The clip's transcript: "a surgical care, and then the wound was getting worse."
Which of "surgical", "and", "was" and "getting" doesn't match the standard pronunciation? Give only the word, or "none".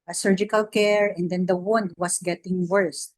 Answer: was